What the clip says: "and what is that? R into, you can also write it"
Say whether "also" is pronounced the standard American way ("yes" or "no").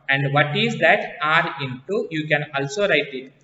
yes